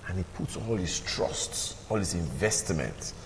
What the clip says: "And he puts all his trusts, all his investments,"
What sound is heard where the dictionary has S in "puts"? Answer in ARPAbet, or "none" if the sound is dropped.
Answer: S